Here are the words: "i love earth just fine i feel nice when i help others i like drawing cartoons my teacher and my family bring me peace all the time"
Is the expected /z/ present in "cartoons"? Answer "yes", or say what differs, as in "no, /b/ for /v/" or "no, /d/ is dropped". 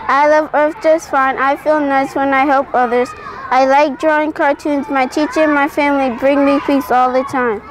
yes